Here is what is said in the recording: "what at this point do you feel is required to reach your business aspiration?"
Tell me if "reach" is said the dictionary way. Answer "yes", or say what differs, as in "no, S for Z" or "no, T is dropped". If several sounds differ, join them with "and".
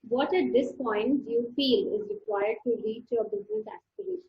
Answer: no, L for R